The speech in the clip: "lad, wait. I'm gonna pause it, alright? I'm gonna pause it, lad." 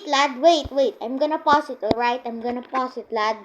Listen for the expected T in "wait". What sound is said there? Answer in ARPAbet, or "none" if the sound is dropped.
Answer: T